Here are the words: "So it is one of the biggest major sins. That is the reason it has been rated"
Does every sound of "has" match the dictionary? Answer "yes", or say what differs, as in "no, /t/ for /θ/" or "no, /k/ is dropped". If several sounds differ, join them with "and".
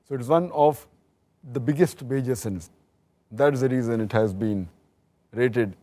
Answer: yes